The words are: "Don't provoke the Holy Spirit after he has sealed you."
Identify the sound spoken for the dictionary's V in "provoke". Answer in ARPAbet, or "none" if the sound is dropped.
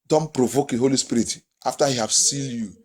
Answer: V